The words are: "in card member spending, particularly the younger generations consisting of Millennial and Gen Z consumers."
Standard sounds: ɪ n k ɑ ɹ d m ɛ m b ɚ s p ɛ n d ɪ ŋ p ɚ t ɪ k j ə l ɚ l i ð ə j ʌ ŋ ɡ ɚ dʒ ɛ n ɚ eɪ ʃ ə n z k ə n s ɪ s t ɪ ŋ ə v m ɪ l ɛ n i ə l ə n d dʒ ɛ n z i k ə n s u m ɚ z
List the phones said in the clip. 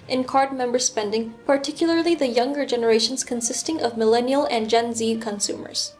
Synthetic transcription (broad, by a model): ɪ n k ɑ ɹ d m ɛ m b ɚ s p ɛ n d ɪ ŋ p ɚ t ɪ k j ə l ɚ l i ð ə j ʌ ŋ ɡ ɚ dʒ ɛ n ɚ eɪ ʃ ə n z k ə n s ɪ s t ɪ ŋ ə v m ɪ l ɛ n i ə l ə n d dʒ ɛ n z i k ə n s u m ɚ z